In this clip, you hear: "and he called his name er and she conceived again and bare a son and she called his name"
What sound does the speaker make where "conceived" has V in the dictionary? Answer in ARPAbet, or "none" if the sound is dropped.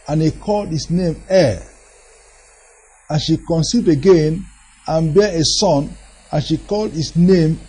none